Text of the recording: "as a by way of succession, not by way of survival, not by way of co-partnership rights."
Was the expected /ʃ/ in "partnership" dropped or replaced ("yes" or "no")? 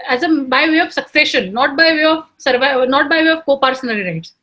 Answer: yes